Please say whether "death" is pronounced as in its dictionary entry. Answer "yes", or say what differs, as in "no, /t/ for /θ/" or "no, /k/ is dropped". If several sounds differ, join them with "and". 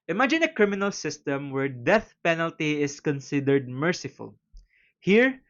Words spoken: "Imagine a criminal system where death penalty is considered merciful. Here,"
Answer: yes